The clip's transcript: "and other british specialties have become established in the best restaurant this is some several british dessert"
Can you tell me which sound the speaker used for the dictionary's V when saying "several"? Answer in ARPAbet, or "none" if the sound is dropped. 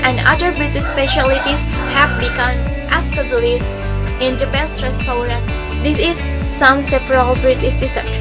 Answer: P